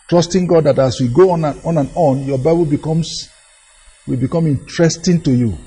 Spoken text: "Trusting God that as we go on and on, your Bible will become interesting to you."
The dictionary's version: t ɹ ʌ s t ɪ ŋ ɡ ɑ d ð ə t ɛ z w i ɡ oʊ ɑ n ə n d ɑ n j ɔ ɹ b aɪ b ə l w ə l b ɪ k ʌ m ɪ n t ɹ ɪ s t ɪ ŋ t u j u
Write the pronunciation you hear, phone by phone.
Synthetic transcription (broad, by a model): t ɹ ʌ s t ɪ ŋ ɡ ɑ d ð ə t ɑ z w i ɡ oʊ ɑ n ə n ɑ n j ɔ b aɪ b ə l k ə w b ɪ k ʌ m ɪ n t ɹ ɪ s t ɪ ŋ t u j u